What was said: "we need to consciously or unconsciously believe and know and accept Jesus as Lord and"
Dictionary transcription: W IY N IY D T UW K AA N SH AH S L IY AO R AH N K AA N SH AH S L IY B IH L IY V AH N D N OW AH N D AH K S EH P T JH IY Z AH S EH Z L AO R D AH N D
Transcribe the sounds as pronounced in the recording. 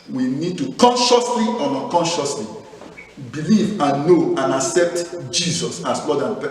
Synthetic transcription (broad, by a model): W IY N IY D T UW K AA N SH AH S L IY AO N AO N K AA N SH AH S L IY B IH L IY V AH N N OW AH N AH K S EH P T JH IY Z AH S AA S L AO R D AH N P